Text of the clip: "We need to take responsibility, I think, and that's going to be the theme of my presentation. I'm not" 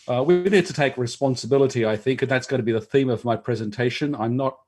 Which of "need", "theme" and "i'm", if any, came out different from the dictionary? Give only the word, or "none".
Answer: none